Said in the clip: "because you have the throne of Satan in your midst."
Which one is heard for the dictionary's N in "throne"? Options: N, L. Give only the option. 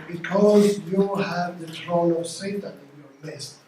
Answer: L